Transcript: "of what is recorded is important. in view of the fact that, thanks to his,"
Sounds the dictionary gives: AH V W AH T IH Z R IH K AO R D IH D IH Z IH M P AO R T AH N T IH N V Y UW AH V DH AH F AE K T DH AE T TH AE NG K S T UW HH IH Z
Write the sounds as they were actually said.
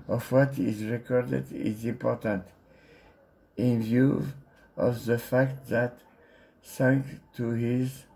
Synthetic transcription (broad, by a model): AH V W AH T IH Z R IH K AO R D IH D IH Z IH M P AO R T AH N T IH N V Y UW AH V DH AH F AE K T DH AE T S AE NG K T UW HH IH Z